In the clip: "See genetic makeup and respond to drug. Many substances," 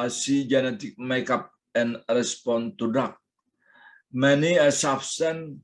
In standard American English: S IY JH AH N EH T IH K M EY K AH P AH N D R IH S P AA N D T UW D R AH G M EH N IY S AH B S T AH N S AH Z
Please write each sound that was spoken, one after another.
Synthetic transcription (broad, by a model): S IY JH AH N EH T IH K M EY K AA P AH N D R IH S P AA N T UW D AA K M EH N IY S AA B S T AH N